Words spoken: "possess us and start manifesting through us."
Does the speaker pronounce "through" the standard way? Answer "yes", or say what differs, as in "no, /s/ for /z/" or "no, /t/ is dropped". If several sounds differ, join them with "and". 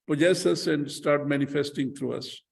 no, /t/ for /θ/